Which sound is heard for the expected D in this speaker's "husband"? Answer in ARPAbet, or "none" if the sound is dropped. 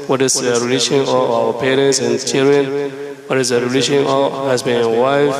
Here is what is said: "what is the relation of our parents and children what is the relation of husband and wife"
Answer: none